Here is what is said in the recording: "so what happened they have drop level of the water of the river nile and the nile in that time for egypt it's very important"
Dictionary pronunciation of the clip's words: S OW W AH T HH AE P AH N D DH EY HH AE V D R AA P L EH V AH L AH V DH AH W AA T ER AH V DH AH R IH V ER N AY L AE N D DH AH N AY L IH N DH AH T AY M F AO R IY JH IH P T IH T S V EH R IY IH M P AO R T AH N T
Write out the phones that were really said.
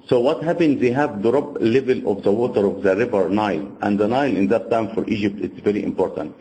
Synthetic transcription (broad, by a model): S OW W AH T HH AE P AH N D DH EY HH AE V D R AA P L EH V AH L AH V DH AH W AA T ER AH V DH AH R IH V ER N AY L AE N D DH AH N AY L IH N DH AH T AY M F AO R IY JH IH P T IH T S V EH R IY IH M P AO R T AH N T